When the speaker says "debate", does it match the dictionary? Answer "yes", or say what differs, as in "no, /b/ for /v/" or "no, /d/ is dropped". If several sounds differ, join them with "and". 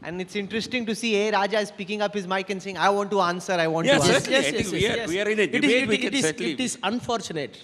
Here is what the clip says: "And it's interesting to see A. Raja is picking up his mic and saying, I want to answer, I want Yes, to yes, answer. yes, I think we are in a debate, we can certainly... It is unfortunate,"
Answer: no, /b/ is dropped